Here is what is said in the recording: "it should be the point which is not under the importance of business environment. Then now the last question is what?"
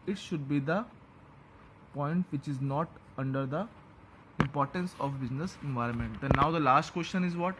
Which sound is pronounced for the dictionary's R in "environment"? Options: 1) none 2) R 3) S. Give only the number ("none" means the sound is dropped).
2